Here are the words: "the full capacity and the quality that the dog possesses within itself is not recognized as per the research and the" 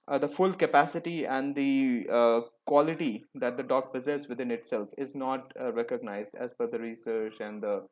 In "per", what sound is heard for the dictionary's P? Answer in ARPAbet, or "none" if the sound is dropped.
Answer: F